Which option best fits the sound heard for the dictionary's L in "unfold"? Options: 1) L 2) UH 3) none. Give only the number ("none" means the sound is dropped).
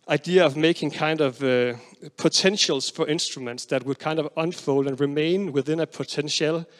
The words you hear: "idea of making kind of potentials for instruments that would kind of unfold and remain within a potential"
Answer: 1